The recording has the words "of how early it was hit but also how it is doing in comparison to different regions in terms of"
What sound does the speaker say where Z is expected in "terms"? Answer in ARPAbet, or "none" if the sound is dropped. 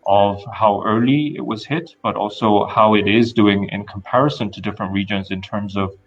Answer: Z